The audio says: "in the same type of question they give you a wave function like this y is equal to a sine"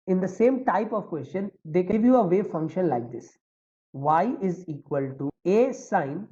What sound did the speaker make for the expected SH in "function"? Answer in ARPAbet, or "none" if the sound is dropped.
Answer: SH